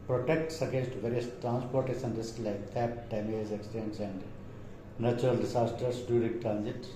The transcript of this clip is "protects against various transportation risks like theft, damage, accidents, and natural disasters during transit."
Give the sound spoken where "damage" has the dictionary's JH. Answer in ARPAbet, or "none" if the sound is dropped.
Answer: Z